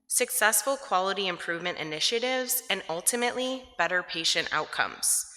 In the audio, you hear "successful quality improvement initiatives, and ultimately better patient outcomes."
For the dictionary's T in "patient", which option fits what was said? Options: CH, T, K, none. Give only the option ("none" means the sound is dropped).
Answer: T